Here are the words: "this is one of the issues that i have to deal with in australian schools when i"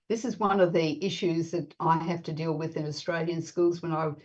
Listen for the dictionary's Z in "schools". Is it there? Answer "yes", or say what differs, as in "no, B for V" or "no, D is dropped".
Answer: yes